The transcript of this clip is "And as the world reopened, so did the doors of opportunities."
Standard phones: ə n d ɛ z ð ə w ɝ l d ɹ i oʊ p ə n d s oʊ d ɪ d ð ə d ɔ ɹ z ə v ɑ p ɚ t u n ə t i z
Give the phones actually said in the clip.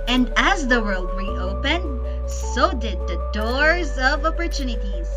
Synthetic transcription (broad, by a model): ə n d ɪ z ð ə w ɝ l d ɹ i oʊ p ə n d s oʊ d ɪ d ð ə d ɔ ɹ z ə v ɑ p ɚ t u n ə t i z